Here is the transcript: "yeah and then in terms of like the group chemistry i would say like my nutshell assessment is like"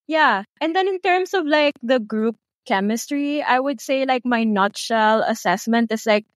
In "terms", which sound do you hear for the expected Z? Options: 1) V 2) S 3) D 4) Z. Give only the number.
2